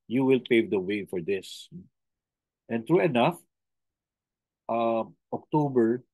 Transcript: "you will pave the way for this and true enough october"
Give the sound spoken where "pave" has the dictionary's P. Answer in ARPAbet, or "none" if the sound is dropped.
P